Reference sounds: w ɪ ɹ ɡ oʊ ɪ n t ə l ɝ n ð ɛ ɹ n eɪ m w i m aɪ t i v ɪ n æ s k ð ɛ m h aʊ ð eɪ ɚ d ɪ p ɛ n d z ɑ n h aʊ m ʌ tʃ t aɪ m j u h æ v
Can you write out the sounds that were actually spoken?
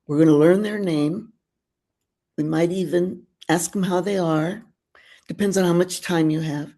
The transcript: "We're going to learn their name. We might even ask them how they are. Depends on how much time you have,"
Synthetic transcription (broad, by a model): w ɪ ɹ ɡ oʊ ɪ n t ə l ɝ n ð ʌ ɹ n eɪ m w i m aɪ t i v ɪ n æ s k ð m h aʊ ð eɪ ɚ d ɪ p ɛ n d z n h aʊ m ʌ tʃ t aɪ m j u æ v